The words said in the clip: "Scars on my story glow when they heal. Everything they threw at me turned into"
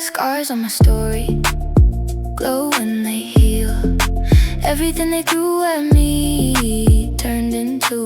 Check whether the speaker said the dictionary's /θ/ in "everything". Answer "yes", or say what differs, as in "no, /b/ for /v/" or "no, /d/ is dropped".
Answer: yes